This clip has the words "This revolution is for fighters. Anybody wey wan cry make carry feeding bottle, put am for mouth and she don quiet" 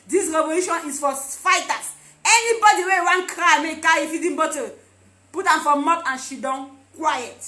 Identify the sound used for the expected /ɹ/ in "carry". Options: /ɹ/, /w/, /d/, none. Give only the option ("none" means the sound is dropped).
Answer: none